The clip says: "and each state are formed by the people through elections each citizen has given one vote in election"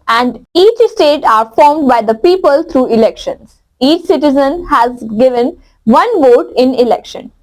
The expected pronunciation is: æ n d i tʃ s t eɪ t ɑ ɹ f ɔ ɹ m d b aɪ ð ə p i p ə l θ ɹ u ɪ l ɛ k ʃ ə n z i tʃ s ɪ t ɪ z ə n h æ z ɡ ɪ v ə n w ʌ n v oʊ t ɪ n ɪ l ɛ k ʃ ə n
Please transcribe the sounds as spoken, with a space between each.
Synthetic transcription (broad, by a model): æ n d i tʃ s t eɪ t ɑ ɹ f ɔ ɹ m d b aɪ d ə p i p ə l t ɹ u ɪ l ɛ k ʃ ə n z i tʃ s ɪ t ɪ z ə n h æ z ɡ ɪ v ə n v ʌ n v oʊ t ɪ n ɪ l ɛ k ʃ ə n